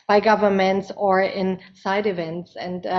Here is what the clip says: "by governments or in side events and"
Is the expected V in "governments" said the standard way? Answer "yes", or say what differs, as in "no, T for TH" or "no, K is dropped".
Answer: yes